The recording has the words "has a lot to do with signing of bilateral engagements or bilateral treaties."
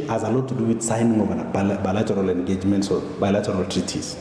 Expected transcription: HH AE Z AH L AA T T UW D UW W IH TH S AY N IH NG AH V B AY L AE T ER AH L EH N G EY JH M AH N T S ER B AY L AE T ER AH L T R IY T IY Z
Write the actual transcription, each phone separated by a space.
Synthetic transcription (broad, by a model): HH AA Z AH L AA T T UW D UW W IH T S AY N IH NG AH B B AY L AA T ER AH L EH N G EY JH M AH N T S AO B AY L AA T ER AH L T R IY T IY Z